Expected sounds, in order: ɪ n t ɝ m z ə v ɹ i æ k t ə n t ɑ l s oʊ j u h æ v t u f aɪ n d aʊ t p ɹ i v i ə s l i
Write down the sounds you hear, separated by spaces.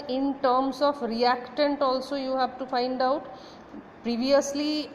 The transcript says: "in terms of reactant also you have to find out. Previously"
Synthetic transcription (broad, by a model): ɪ n t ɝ m s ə p ɹ i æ k t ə n t ɑ l s oʊ j u h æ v t u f aɪ n d aʊ t p ɹ i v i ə s l i